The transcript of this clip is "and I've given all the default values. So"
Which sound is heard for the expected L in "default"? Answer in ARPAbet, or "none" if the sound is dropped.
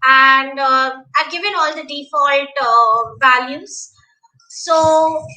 L